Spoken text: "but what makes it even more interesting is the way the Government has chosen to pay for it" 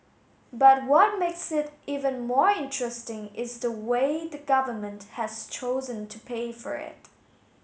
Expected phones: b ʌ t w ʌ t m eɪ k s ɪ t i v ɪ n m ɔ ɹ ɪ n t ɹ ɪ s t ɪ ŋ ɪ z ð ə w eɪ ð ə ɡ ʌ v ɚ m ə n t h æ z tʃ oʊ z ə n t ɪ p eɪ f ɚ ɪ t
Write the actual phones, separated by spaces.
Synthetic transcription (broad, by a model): b ʌ t w ʌ t m eɪ k s ɪ t i v ɪ n m ɔ ɹ ɪ n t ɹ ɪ s t ɪ ŋ ɪ z ð ə w eɪ ð ə ɡ ʌ v ɚ m ə n t h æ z tʃ oʊ z ə n t ɪ p eɪ f ɚ ɪ t